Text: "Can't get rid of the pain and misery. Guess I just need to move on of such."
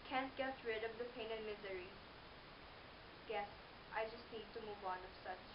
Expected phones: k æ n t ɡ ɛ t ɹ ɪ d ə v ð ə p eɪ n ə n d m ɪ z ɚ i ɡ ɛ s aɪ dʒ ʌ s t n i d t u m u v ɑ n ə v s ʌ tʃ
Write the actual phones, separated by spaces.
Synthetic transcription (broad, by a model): k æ n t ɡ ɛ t ɹ ɪ d ə v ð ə p eɪ n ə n m ɪ z ɚ i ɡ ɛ s aɪ dʒ ʌ s t n i d t u m u v ɑ n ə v s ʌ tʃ